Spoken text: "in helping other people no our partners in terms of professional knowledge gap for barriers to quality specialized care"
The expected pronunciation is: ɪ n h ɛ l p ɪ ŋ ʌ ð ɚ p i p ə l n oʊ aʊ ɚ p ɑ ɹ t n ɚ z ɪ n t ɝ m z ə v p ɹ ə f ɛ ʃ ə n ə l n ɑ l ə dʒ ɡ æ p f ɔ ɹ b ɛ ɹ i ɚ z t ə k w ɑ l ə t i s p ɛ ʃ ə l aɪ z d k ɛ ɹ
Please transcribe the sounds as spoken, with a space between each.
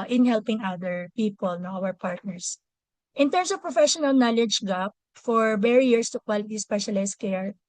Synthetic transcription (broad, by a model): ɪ n h ɛ l p ɪ ŋ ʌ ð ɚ p i p ə l n oʊ aʊ ɚ p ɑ ɹ t n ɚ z ɪ n t ɝ m s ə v p ɹ ə f ɛ ʃ ə n ə l n ɑ l ə dʒ ɡ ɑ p f ɔ ɹ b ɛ ɹ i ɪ s t ə k w ɑ l ə t i s p ɛ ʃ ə l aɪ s k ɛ ɹ